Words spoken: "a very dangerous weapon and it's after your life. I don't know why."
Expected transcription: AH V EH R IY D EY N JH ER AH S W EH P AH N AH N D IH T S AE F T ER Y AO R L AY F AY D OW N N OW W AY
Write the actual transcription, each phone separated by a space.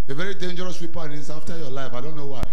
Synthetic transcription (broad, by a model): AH V EH R IY D EY N JH ER AH S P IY P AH AH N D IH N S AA F T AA Y AO L AY F AY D OW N N OW W AY